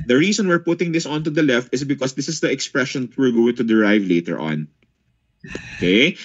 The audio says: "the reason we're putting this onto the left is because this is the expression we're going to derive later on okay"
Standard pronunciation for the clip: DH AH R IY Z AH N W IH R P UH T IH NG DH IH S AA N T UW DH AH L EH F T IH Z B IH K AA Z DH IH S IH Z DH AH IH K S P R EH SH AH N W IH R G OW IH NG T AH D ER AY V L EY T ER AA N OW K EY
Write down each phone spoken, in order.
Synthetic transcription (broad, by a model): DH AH R IY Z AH N W IH R P UH T IH NG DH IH S AA N T UW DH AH L EH F T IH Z B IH K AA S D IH S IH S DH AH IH K S P R EH SH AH N W IH R G OW IH NG T AH D ER AY V L EY T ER AA N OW K EY